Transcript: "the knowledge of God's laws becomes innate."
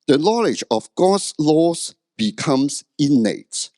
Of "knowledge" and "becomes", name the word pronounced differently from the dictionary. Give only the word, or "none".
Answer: becomes